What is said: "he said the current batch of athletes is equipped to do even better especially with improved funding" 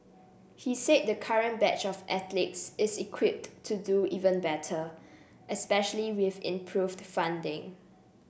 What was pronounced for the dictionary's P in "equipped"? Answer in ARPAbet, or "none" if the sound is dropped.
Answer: P